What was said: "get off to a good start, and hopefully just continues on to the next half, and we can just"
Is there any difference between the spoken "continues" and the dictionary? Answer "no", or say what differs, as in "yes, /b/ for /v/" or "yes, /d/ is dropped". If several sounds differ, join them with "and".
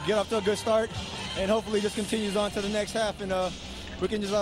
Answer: no